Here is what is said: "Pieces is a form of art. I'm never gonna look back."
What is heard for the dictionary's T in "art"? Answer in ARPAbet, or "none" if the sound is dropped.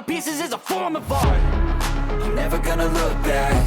none